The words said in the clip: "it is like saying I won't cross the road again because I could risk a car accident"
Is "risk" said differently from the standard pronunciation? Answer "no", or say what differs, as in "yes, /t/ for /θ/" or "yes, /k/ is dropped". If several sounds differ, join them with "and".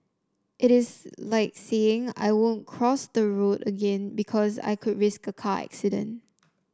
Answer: no